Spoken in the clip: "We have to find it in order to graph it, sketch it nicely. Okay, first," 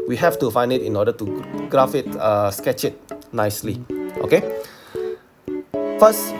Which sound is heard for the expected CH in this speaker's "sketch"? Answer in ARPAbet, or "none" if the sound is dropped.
CH